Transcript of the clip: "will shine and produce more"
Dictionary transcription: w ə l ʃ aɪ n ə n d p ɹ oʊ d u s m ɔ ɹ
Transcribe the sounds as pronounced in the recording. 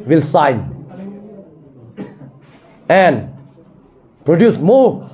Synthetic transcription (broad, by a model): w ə l s aɪ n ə n p ɹ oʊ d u s m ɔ